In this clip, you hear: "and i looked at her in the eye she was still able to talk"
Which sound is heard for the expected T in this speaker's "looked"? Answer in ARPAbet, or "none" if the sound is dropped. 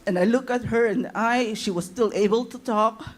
none